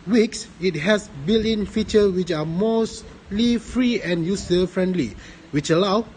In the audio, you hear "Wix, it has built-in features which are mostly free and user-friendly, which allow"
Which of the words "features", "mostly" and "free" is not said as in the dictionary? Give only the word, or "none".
features